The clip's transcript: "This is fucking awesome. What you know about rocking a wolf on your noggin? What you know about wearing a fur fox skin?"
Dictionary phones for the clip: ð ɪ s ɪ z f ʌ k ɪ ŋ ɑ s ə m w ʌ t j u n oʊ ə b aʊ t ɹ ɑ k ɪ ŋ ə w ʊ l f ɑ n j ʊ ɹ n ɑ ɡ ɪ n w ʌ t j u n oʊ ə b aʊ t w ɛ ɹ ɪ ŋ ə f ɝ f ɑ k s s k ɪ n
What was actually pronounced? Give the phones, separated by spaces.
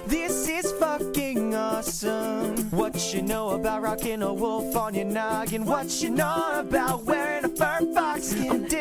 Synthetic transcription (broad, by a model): ð ɪ s ɪ z f ʌ k ɪ ŋ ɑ s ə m w ʌ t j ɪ n oʊ ə b aʊ t ɹ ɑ k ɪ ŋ ə w ʊ l f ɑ n j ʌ ɹ n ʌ ɡ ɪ n w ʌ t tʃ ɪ n oʊ ə b aʊ t w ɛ ɹ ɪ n ə f ɝ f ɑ k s s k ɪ n